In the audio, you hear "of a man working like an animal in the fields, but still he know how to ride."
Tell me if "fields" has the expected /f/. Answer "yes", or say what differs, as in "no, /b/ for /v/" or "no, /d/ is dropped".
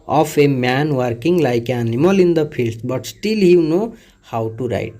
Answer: no, /p/ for /f/